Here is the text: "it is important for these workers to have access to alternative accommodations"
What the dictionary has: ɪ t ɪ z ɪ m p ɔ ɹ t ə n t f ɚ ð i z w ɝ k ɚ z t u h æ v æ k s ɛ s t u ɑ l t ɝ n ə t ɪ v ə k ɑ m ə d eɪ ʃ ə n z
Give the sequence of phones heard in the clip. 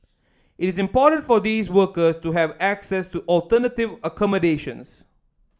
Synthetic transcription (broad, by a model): ɪ t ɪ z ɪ m p ɔ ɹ t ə n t f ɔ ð i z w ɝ k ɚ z t u h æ v æ k s ɛ s t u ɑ l t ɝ n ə t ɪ v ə k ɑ m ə d eɪ ʃ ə n s